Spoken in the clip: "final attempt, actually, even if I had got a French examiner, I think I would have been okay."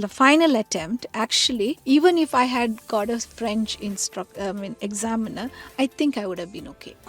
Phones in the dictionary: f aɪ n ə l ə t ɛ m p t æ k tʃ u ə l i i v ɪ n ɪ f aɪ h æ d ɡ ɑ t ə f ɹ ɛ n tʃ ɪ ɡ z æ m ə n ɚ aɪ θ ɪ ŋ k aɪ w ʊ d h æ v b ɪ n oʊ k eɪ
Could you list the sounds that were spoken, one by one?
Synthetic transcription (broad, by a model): f aɪ n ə l ə t ɛ m p t æ k tʃ u ə l i i v ɪ n ɪ f aɪ h æ d ɡ ɑ t ə f ɹ ɛ n tʃ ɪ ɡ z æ m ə n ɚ aɪ t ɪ ŋ k aɪ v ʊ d h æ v b ɪ n oʊ k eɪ